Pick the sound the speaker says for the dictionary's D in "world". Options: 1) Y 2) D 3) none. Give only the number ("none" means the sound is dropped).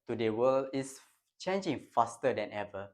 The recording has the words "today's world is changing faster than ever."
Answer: 3